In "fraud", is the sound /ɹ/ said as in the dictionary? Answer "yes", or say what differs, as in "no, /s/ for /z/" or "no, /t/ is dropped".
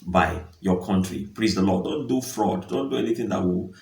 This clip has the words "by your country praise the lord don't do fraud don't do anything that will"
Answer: yes